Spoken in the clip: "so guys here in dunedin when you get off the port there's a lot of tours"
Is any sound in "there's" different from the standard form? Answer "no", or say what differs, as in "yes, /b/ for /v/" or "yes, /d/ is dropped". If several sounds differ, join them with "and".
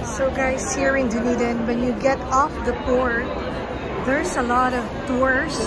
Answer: yes, /s/ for /z/